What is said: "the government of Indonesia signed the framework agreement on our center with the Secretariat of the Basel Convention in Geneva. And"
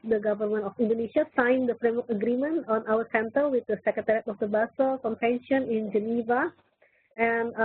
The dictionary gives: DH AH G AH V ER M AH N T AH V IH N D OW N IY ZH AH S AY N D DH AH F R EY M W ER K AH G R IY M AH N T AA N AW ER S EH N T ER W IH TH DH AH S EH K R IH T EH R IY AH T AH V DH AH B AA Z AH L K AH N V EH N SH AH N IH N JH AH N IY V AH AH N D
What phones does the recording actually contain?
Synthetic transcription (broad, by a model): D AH G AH V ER M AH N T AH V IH N D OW N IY SH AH S AY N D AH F R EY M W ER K AH G R IY M AH N T AA N AW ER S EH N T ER W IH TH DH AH S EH K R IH T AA R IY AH T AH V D AH B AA S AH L K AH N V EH N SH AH N IH N JH AH N IY V AH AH N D